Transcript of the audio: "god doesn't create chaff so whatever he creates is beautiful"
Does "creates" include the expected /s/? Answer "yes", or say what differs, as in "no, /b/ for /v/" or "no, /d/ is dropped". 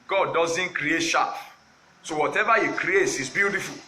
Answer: yes